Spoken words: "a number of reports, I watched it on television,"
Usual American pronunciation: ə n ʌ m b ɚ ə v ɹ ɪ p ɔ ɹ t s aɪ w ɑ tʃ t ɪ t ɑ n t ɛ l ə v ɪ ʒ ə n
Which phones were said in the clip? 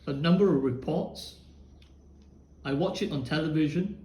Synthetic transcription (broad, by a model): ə n ʌ m b ɚ ə v ɹ ɪ p ɔ ɹ t s aɪ w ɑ tʃ ɪ t n t ɛ l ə v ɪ ʒ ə n